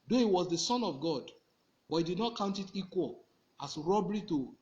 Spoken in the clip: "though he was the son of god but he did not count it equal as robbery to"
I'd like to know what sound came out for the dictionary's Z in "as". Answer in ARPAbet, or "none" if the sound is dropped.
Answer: S